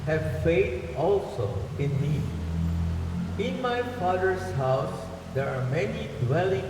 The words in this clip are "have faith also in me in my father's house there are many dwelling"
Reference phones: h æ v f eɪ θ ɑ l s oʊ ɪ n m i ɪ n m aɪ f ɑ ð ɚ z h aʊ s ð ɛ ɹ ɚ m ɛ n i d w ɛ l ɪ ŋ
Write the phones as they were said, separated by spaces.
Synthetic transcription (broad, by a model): h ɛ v f eɪ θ ɑ l s oʊ ɪ n m i ɪ n m aɪ f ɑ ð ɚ s h aʊ s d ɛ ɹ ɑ m ɛ n i d w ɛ l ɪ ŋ